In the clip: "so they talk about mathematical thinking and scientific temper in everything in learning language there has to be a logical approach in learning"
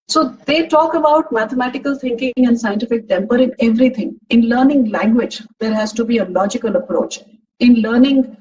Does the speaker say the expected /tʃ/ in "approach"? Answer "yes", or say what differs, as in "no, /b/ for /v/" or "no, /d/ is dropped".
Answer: yes